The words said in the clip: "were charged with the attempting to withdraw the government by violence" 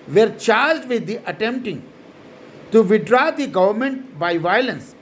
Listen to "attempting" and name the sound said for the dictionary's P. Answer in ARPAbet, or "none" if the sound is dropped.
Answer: P